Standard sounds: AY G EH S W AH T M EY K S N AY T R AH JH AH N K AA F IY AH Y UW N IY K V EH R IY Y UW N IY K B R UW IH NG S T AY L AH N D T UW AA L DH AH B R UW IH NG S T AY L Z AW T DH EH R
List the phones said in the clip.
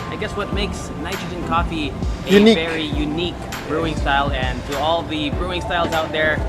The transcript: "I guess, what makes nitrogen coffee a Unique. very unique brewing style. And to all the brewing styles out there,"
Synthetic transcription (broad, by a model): AY G EH S W AH T M EY K S N AY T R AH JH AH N K AA F IY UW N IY V EH R IY Y UW N IY K B R UW IH NG S T AY L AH N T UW AA L DH AH B R UW IH NG S T AY L Z AW T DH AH R